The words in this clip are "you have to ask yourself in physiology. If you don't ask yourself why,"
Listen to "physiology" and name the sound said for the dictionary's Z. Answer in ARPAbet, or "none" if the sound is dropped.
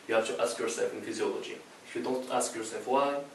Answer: Z